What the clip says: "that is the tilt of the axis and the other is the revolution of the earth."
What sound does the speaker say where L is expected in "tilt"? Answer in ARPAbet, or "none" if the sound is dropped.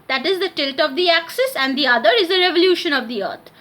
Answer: L